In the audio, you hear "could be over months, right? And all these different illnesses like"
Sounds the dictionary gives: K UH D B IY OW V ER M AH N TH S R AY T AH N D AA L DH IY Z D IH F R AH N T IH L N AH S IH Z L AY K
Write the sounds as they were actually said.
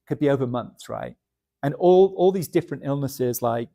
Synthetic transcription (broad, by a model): K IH D B IY OW V ER M AH N TH S R AY T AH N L AA L DH IY Z D IH F R AH N T IH L N AH S IH Z L AY K